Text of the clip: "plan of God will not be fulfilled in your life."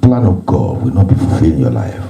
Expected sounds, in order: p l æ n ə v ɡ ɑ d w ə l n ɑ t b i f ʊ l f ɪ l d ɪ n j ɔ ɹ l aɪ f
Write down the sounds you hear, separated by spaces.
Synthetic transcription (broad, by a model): p l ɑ n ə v ɡ ɑ d w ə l n ɑ t b i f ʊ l f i l ɪ n j ɔ l aɪ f